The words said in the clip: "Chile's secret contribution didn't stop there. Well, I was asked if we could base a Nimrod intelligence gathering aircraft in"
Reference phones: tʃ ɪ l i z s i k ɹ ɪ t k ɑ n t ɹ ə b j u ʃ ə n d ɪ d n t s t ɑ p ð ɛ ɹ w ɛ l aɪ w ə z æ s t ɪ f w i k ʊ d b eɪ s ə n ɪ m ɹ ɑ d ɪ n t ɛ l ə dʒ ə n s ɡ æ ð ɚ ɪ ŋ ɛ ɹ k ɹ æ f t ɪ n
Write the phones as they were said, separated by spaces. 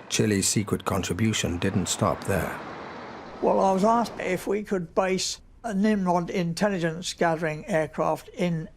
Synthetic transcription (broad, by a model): tʃ ɪ l i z s i k ɹ ɪ t k ɑ n t ɹ ə b j u ʃ ə n d ɪ d n t s t ɑ p ð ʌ ɹ w ɛ l aɪ w ə z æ s ɪ f w i k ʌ d b eɪ s ə n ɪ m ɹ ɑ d ɪ n t ɛ l ə dʒ ə n s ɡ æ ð ɚ ɪ ŋ ɛ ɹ k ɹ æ f t ɪ n